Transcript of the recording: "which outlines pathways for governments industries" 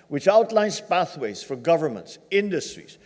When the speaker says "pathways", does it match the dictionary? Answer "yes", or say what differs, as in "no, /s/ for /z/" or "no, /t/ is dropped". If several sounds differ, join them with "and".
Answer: yes